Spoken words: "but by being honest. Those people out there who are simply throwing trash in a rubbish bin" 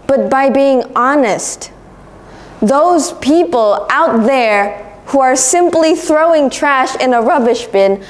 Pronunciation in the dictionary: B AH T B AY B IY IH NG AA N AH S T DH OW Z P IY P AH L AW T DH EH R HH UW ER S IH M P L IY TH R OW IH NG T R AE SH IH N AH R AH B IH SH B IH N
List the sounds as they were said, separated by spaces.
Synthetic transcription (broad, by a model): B AH T B AY B IY IH NG AA N AH S T DH OW Z P IY P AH L AW T DH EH R HH UW ER S IH M P L IY TH R OW IH NG T R AE SH IH N AH R AH B IH SH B IH N